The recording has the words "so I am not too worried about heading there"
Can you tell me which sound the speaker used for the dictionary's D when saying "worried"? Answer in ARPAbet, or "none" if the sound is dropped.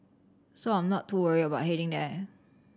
none